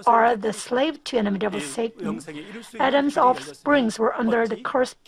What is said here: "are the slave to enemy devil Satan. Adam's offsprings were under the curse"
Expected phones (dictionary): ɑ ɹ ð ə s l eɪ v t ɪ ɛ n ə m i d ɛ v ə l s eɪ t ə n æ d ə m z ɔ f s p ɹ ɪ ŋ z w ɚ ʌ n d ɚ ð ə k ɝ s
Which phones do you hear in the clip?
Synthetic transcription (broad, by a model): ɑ ɹ ð ə s l eɪ v t ɪ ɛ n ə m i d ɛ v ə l s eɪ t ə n æ d ə m z ɔ f s p ɹ ɪ ŋ z w ɚ ʌ n d ɚ ð ə k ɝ s